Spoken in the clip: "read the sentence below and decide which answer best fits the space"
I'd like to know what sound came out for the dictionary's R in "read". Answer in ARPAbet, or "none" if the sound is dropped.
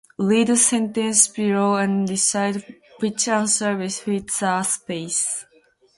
L